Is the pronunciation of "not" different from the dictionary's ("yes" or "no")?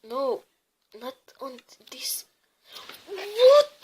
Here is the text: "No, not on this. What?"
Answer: no